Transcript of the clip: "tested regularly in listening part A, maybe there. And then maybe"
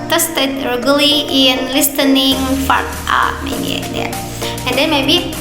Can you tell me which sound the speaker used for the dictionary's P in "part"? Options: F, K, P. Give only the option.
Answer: F